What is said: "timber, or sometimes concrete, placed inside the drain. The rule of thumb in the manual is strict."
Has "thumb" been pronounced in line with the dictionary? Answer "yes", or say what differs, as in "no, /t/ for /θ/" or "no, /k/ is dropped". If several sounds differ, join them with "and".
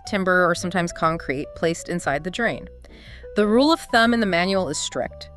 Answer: yes